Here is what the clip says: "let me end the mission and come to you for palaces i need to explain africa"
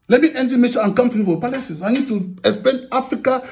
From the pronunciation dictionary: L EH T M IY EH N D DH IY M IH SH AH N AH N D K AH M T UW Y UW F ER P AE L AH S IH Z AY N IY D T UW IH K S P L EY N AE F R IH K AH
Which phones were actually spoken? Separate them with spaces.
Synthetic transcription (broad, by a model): L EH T M IY EH N D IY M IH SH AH AH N K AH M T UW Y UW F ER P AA L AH S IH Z AY N IY D T UW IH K S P EY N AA F R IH K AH